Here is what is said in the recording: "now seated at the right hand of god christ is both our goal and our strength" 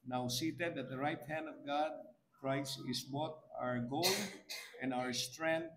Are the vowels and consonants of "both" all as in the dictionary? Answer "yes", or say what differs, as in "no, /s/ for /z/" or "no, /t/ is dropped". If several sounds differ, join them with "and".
no, /t/ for /θ/